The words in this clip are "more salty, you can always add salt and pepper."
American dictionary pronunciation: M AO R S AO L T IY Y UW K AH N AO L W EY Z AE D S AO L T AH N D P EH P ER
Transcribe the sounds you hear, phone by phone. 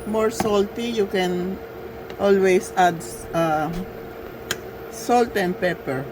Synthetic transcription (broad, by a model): M AO R S AO L T IY Y UW K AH N AO L W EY S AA D S AO L T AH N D P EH P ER